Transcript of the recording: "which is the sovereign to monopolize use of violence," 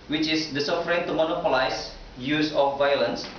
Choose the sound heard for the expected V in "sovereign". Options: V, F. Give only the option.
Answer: F